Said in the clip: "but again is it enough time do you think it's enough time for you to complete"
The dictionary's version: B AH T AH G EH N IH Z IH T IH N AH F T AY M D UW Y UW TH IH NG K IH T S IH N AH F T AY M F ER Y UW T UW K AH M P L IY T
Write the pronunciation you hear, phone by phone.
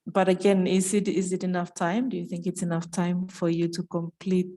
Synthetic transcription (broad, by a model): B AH T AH G EH N IH Z IH T IH N AH F T AY M D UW Y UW TH IH NG K IH T S IH N AH F T AY M F ER Y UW T UW K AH M P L IY T